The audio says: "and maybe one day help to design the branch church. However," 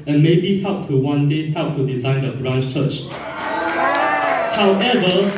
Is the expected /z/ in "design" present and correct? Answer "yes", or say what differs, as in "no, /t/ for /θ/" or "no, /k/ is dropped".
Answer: yes